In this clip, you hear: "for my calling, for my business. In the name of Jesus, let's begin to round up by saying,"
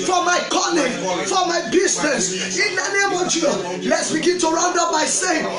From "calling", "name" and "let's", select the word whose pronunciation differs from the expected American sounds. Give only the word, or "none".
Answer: calling